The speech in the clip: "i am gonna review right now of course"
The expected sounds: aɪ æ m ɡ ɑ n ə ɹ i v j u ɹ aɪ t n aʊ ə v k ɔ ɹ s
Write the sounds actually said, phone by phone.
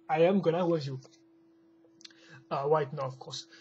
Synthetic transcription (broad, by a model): aɪ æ m ɡ ɑ n ə w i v j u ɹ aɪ t n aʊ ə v k ɔ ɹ s